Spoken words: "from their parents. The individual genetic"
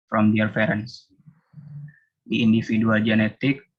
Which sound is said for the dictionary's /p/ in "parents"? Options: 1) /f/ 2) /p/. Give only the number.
1